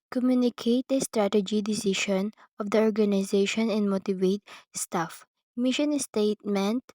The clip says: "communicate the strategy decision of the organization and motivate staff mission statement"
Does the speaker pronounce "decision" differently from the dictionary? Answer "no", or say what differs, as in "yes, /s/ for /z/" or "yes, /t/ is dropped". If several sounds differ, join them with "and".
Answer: yes, /ʃ/ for /ʒ/